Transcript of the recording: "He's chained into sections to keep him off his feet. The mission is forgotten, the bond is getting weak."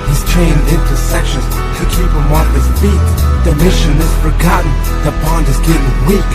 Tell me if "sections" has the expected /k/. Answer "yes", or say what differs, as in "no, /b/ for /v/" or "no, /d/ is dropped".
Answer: yes